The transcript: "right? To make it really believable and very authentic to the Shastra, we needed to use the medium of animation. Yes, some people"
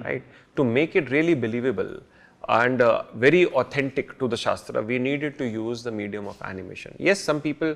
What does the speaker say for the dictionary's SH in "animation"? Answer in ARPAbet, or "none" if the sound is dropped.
SH